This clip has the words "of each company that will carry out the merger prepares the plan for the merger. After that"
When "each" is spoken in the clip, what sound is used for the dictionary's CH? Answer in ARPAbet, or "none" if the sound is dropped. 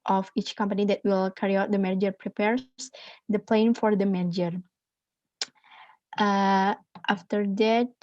CH